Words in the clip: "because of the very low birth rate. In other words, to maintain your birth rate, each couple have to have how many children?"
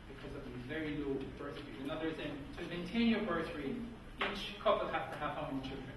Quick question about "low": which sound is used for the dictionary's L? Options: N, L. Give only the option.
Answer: L